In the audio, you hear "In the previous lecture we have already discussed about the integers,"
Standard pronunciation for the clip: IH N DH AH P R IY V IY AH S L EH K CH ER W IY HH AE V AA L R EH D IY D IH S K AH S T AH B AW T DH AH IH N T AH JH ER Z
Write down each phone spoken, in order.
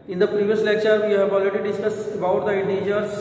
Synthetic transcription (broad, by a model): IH N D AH P R IY V IY AH S L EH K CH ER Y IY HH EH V AA L R EH D IY D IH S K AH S AH B AW T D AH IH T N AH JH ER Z